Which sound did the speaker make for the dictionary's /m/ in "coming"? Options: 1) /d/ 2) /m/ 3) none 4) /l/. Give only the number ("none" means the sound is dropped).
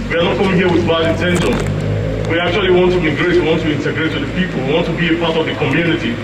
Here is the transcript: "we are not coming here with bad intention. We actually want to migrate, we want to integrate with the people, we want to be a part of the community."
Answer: 3